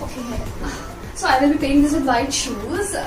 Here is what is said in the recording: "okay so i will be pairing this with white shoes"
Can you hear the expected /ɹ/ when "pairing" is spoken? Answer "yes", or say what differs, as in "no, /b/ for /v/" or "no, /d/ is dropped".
no, /ɹ/ is dropped